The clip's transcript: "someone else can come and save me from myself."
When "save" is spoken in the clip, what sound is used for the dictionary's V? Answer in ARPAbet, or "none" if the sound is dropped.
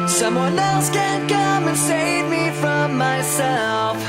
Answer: V